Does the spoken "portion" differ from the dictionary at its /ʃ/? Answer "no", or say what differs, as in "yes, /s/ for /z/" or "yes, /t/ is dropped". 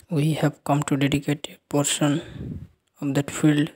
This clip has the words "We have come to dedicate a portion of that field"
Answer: yes, /s/ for /ʃ/